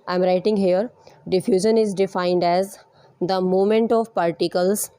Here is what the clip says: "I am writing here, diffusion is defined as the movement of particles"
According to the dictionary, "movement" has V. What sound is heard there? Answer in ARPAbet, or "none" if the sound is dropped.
none